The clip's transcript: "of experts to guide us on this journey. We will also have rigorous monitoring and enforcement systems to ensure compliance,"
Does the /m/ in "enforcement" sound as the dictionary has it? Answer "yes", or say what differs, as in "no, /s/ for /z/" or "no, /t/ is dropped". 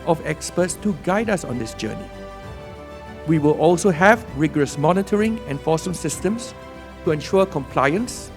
no, /m/ is dropped